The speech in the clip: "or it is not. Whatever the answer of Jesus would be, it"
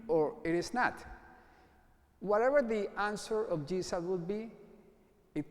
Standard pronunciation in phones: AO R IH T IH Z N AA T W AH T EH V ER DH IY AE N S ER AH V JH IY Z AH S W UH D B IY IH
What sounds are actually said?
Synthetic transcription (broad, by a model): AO R IH T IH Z N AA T W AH T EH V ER DH IY AE N S ER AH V JH IY S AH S W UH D B IY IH